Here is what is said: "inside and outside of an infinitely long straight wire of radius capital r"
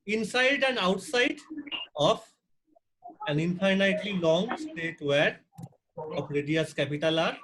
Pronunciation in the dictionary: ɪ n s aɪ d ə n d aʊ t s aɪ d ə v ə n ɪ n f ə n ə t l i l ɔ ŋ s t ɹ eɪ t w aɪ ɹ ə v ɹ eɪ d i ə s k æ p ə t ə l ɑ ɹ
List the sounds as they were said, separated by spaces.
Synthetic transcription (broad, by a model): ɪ n s aɪ d ə n d aʊ t s aɪ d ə f ə n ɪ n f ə n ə t l i l ɔ ŋ s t eɪ t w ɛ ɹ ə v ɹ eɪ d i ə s k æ p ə t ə l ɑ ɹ